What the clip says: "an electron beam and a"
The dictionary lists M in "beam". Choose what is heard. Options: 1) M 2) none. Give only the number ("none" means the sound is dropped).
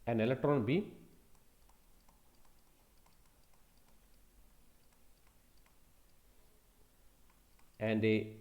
2